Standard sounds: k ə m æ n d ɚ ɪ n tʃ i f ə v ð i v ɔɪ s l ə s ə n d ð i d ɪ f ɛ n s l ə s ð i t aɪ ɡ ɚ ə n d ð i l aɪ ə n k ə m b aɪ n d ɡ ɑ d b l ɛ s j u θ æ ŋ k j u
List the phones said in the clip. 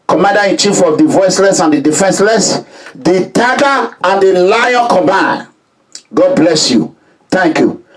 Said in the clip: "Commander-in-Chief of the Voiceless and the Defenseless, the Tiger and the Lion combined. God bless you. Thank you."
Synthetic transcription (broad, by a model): k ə m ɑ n d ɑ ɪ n tʃ i f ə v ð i v ɔɪ s l ə s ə n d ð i d ɪ f ɛ n s l ə s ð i t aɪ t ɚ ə n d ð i l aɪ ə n k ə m aɪ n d ɡ ɑ d b l ɛ s j u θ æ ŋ k j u